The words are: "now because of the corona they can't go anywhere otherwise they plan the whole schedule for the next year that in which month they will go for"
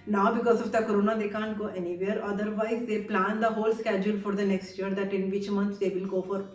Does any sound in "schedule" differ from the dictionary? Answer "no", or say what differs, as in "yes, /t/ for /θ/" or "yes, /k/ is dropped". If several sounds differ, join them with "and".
no